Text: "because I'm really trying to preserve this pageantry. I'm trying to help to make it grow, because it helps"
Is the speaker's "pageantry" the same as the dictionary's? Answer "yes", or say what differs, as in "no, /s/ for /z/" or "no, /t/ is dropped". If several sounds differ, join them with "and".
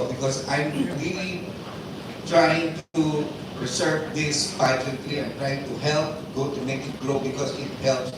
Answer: no, /l/ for /ɹ/